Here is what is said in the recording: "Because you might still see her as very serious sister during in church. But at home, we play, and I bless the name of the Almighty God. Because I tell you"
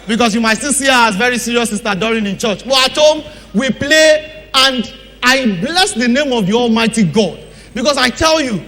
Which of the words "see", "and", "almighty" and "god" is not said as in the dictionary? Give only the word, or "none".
none